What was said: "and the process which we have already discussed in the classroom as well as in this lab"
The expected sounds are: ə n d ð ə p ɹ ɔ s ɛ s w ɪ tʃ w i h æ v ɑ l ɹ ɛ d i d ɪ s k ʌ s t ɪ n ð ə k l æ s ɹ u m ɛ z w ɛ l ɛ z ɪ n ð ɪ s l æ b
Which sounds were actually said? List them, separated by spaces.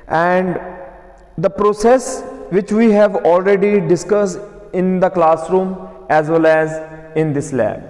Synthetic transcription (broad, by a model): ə n d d ə p ɹ ɔ s ɛ s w ɪ tʃ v i h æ v ɑ l ɹ ɛ d i d ɪ s k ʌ s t ɪ n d ə k l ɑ s ɹ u m ɛ z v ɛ l ɛ z ɪ n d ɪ s l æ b